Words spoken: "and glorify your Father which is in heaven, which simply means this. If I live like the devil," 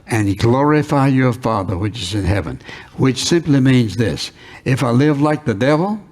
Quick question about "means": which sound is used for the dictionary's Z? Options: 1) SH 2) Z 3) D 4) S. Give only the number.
2